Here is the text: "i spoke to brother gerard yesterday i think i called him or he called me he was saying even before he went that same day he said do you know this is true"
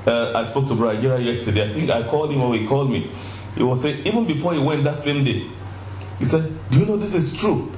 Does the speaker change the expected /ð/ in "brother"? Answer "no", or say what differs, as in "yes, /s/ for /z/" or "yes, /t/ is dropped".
yes, /ð/ is dropped